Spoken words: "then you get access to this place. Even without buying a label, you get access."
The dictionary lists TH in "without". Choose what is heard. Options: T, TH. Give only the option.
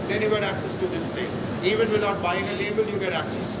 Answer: T